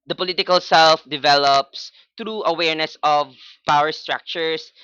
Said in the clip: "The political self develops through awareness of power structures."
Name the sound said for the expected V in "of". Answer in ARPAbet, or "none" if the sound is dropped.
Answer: V